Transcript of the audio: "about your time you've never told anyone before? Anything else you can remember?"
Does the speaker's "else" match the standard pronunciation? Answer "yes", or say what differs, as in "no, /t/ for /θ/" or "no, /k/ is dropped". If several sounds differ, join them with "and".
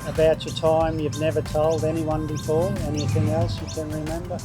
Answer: yes